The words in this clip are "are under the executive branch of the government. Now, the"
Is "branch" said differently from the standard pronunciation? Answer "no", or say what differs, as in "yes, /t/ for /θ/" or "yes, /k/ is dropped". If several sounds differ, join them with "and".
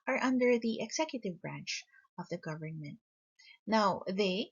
no